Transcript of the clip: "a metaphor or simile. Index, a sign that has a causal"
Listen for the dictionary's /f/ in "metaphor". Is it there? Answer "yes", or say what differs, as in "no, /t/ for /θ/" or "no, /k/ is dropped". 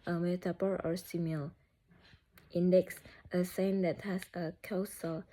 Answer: no, /p/ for /f/